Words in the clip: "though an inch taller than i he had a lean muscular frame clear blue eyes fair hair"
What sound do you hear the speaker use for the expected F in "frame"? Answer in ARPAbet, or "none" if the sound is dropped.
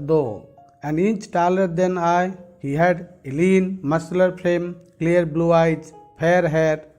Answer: P